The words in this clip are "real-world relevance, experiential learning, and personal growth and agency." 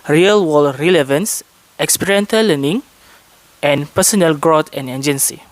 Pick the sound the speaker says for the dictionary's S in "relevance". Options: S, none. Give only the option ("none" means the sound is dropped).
S